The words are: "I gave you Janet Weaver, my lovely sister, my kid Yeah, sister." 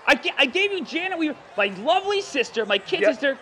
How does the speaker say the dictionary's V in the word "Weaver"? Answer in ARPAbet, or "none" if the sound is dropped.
none